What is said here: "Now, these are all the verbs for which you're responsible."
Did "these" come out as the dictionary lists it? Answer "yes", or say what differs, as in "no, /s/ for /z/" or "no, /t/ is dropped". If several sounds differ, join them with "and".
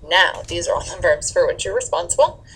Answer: yes